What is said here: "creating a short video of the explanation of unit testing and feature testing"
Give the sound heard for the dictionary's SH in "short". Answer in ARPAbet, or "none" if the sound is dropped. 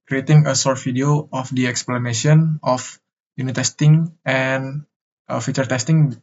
S